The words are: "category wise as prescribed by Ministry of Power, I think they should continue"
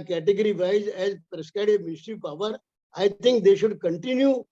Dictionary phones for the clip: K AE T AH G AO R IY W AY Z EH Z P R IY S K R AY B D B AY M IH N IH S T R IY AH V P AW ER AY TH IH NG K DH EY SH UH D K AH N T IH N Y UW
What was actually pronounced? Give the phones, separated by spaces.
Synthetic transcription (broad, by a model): K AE T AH G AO R IY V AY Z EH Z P R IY S K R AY D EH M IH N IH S T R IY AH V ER AY T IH NG K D EY SH UH D K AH N T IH N Y UW